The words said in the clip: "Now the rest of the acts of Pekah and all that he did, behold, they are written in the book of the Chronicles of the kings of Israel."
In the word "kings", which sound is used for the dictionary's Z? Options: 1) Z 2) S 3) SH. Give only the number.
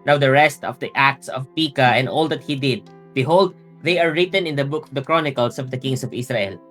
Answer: 2